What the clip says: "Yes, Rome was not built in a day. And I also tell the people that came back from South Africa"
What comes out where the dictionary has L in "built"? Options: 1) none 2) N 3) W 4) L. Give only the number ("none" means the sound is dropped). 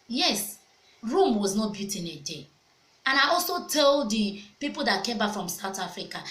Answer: 1